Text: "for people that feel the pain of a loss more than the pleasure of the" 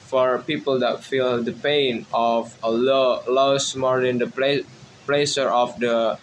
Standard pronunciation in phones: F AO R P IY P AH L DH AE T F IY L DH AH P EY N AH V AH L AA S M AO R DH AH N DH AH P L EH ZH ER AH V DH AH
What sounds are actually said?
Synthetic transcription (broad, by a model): F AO R P IY P AH L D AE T F IY L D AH P EY N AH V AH L AA S M AO R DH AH N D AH P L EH S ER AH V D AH